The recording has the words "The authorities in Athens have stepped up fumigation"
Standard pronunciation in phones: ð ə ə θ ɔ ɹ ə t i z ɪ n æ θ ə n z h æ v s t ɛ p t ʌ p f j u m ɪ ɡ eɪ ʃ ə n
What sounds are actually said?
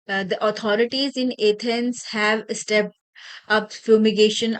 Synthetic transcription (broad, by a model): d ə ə t ɔ ɹ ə t i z ɪ n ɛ t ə n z h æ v s t ɛ p t ʌ p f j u m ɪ ɡ eɪ ʃ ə n